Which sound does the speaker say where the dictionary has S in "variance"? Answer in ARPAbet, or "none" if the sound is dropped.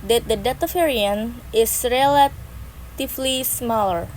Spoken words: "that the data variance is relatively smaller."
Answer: none